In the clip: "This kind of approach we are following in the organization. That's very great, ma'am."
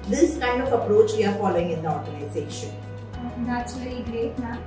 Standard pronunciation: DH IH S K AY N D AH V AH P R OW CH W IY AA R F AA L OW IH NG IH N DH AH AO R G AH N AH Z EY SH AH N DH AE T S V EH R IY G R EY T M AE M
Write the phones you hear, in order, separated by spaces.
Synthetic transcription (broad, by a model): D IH S K AY N D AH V AH P R OW CH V IY AA R F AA L OW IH NG IH N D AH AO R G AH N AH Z EY SH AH N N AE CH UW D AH L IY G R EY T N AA